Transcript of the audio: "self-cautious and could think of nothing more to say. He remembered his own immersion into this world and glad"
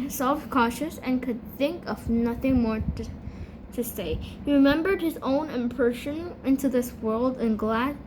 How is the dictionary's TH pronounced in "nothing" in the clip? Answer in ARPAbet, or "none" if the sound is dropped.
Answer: TH